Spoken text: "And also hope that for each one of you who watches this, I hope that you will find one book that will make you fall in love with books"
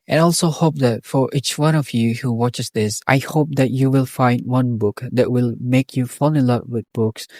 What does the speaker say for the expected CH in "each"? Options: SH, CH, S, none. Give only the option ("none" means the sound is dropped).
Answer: CH